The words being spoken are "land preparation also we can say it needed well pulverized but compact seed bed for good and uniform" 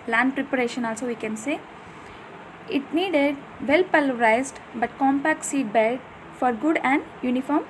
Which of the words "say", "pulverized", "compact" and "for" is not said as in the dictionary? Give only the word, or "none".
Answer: pulverized